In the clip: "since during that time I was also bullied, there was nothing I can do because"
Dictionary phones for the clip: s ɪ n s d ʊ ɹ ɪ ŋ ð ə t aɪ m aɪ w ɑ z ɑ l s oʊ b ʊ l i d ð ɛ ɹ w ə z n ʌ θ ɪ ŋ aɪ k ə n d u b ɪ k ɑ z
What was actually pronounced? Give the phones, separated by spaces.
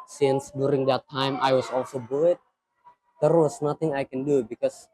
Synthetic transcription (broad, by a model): s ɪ n s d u ɹ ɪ ŋ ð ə t aɪ m aɪ w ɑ s ɑ l s oʊ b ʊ i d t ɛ ɹ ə s n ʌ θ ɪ ŋ aɪ k ə n d u b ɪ k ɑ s